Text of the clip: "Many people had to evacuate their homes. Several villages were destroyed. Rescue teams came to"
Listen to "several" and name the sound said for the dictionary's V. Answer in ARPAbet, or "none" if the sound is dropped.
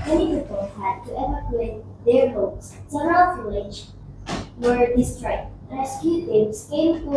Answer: none